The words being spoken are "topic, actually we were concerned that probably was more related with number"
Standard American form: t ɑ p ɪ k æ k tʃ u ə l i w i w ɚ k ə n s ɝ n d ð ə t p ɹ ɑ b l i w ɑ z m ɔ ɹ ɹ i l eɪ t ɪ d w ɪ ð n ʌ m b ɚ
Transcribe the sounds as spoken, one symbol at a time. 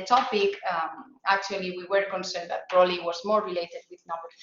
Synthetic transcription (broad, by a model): t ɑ p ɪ k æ k tʃ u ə l i w i w ɚ k ə n s ɝ n d ð ə t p ɹ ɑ l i w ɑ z m ɔ ɹ ɹ i l eɪ t ɪ d w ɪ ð n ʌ m b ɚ